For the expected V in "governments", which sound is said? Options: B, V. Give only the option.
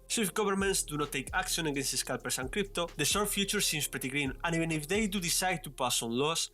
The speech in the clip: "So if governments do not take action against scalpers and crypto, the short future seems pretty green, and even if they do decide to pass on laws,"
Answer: B